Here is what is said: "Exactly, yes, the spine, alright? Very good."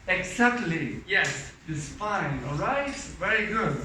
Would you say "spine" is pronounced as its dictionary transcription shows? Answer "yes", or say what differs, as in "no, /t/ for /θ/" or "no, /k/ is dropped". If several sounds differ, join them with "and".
no, /f/ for /p/